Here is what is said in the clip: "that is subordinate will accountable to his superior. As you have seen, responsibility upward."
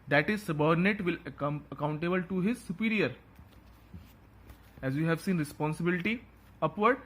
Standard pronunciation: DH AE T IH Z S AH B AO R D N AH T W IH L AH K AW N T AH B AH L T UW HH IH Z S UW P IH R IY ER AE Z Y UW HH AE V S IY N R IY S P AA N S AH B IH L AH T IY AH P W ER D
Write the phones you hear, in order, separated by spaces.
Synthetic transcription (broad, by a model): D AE T IH Z S AH B AO R D N AH T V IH L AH K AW N T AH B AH L T UW HH IH Z S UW P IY R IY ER AE Z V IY HH AE V S IY N R IY S P AA N S AH B IH L AH T IY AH P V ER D